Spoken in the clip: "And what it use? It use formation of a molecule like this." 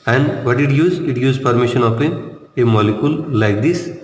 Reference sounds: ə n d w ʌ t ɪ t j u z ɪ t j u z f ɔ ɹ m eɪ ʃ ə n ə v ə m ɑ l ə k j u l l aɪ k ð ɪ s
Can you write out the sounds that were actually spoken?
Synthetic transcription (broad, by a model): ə n d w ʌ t ɪ t j u z ɪ t j u z p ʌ ɹ m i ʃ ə n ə f ə m ɑ l ə k j u l l aɪ k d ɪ s